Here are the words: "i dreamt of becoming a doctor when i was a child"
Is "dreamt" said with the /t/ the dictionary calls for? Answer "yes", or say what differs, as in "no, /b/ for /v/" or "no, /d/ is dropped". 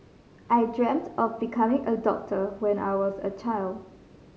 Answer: yes